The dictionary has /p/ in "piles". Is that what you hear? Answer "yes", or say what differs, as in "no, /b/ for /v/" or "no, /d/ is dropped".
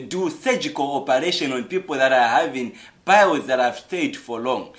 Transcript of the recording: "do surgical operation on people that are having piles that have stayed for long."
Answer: no, /b/ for /p/